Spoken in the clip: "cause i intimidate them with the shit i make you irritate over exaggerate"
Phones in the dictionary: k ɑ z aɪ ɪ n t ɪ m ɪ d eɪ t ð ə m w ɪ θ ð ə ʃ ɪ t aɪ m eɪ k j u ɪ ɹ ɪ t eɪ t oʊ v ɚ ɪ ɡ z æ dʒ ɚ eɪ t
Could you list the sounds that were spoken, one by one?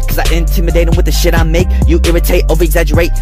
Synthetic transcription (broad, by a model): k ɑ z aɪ ɪ n t ɪ m ɪ d eɪ t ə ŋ w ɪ ð ə ʃ ɪ t aɪ m eɪ k j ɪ ɪ ɹ ɪ t eɪ t oʊ v ɚ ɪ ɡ z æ dʒ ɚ eɪ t